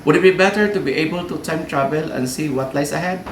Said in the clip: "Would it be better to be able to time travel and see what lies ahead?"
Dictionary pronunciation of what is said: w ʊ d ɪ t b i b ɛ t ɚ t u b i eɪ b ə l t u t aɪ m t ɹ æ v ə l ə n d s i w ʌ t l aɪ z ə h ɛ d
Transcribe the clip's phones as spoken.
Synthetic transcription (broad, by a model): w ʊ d ɪ t b i b ɛ t ɚ t u b i eɪ b ə l t u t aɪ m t ɹ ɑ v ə l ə n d s i w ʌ t l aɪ s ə h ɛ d